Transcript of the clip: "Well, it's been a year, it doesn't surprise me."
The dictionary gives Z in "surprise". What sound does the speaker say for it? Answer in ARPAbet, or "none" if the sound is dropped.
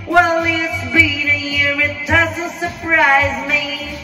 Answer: Z